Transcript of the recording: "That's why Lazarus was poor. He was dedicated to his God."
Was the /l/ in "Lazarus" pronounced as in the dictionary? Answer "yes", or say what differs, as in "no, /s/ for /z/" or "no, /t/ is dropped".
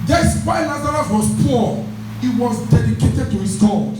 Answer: no, /n/ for /l/